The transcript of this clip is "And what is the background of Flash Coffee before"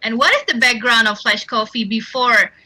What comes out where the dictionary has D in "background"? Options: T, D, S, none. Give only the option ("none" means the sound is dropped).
D